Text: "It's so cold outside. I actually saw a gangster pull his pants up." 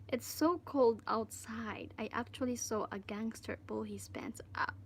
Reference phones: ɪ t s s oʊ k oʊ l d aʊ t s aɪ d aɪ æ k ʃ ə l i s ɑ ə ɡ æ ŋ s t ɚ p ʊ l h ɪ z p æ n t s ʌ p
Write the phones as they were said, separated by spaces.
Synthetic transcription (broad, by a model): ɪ t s s oʊ k oʊ l d aʊ t s aɪ d aɪ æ k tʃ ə l i s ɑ ə ɡ æ ŋ s t ɚ b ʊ l h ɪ s p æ n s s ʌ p